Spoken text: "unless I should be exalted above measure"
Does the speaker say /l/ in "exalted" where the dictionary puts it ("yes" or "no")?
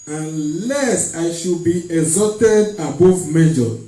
no